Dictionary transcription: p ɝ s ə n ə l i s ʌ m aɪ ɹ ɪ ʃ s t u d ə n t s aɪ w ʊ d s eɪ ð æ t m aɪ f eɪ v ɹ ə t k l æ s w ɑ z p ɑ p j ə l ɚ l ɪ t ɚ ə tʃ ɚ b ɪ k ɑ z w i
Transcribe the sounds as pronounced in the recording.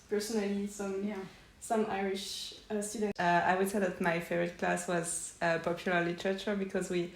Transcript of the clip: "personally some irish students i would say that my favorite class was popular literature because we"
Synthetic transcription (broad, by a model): p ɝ s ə n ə l i s ʌ m aɪ ɹ ɪ ʃ s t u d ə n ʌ aɪ w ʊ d s eɪ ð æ t m aɪ f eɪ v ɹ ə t k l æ s w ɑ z p ɑ p j ə l ɚ l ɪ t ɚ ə tʃ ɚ b ɪ k ɑ z w i